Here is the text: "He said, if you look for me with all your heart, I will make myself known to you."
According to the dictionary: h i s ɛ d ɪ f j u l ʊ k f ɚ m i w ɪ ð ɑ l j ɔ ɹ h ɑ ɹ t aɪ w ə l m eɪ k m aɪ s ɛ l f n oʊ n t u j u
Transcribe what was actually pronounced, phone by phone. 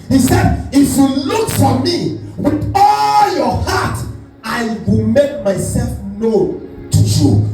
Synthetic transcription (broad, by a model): h i s ɛ d ɪ f j u l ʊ k f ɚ m i w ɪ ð ɑ l j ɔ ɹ h ɑ t aɪ w ə l m eɪ k m aɪ s ɛ l f n oʊ t u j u